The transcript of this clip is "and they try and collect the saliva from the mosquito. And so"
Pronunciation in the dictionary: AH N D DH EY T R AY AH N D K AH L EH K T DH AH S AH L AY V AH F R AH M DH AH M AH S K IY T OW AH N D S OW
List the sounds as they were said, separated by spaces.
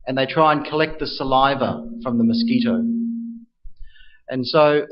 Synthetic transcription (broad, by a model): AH N DH EY T R AY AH N K AH L EH K T DH AH S AH L AY V AH F R AH M DH AH M AH S K IY T OW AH N S OW